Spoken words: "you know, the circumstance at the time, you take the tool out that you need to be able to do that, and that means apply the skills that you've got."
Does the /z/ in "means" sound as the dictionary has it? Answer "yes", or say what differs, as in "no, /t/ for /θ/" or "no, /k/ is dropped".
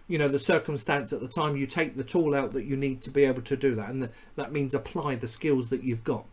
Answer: yes